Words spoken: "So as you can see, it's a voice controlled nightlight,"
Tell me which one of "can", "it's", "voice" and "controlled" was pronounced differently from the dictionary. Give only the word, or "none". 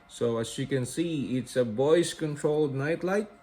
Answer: voice